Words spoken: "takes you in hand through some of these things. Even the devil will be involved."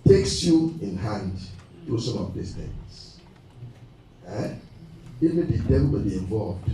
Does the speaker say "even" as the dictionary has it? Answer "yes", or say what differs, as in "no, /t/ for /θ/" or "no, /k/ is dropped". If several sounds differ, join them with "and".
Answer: no, /v/ is dropped